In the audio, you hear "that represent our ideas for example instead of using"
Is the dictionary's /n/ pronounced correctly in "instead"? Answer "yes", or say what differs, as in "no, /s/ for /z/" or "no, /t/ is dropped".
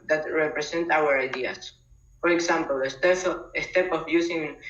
no, /n/ is dropped